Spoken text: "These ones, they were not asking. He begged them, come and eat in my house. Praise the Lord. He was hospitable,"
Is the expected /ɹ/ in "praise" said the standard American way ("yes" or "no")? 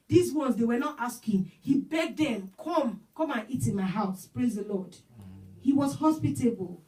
yes